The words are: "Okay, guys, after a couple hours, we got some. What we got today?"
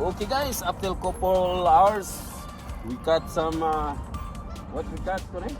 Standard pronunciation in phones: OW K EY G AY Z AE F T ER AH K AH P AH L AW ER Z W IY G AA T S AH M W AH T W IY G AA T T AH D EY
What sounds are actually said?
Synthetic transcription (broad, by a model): OW K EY G AY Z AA P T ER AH K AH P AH L AW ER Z W IY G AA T S AH M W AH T W IY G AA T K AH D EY